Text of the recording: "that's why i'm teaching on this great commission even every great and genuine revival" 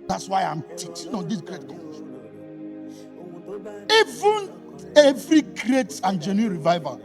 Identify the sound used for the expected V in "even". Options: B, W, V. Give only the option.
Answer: V